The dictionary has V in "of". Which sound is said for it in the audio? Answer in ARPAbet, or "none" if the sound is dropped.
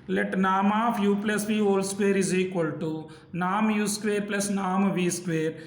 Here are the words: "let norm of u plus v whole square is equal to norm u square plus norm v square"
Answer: P